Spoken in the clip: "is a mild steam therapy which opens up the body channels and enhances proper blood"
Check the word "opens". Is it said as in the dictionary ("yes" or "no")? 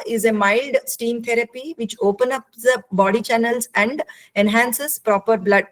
no